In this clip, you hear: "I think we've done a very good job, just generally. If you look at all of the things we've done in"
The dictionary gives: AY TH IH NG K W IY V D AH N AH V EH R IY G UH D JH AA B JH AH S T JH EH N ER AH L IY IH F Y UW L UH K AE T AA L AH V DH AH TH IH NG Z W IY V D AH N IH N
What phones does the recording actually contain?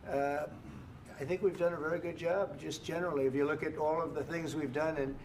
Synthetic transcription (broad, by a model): AY TH IH NG K W IY V D AH N AH V EH R IY G UH D JH AA B JH AH S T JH EH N ER L IY IH F Y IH L UH K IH T AA L AH V DH AH TH IH NG Z W IY V D AH N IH N